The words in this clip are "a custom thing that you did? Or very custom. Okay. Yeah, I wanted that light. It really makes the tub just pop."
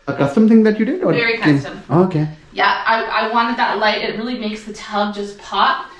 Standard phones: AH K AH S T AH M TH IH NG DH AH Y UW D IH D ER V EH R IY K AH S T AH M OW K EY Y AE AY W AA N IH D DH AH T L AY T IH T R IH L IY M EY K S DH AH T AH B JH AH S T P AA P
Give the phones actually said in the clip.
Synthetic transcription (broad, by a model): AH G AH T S AH M TH IH NG DH AH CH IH D IH D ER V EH R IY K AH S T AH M OW K EY Y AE AY W AA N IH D DH AH T L AY T IH T R IH L IY M EY K S DH AH T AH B JH AH S P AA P